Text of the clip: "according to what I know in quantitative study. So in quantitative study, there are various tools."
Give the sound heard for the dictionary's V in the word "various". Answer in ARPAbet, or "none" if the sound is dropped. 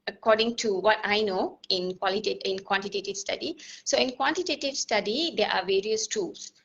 V